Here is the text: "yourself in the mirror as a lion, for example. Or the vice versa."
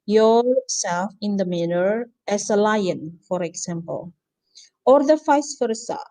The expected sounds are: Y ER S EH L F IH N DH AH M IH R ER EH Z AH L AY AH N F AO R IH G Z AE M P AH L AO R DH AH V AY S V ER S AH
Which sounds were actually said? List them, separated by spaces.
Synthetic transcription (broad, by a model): Y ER S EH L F IH N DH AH M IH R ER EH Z AH L AY AH N F AO R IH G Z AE M P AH L AO R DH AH F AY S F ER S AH